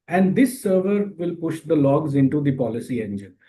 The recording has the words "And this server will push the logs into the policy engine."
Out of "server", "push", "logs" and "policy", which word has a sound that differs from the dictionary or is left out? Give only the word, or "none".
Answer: none